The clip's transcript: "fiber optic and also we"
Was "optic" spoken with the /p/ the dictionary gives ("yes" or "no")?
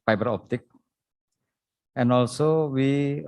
yes